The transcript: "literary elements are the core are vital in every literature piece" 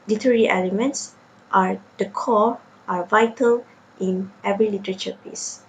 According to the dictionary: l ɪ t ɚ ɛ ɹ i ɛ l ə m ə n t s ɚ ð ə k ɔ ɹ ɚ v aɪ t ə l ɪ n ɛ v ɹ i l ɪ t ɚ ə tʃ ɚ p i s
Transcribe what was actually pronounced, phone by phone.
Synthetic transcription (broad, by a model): l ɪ t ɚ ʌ ɹ i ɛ l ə m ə n t s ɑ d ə k ɔ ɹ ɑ v aɪ t ə l ɪ n ɛ v ɹ i l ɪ t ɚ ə tʃ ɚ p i s